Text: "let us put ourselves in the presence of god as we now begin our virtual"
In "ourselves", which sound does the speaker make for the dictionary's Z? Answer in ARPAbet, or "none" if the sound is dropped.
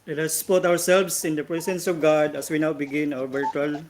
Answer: S